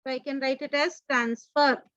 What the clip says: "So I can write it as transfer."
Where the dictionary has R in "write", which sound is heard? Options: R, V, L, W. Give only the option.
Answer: R